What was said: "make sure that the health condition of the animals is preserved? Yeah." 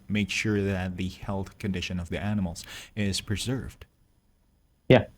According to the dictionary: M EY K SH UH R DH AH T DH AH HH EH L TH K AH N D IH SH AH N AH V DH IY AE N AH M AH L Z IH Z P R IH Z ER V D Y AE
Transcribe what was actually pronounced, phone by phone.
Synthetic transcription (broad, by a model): M EY K SH UH R DH AH T DH AH HH EH L TH K AH N D IH SH AH N AH V DH IY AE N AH M L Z IH Z P R IH Z ER V D Y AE